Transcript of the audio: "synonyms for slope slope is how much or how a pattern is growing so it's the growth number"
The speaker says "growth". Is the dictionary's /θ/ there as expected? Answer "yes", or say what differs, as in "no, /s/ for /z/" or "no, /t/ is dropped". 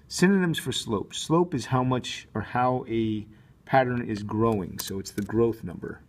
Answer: yes